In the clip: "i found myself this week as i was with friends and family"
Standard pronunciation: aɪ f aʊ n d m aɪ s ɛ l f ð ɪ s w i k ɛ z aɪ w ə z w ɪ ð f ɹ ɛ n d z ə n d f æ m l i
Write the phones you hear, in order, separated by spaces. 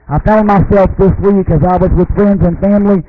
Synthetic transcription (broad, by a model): aɪ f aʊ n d m aɪ s ɛ l f ð ɪ s w i k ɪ z aɪ w ə z w ɪ ð f ɹ ɛ n d z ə n f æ m l i